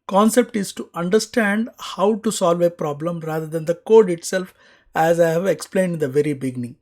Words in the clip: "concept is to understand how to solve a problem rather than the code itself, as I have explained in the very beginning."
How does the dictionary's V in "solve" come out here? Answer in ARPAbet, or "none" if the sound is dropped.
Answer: V